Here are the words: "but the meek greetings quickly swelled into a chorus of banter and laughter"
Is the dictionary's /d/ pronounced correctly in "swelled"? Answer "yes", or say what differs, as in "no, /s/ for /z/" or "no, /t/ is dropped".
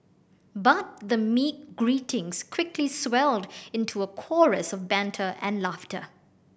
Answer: yes